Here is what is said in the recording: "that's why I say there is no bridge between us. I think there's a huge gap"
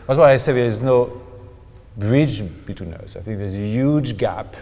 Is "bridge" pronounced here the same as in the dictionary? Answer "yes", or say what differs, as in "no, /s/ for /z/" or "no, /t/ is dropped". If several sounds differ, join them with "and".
yes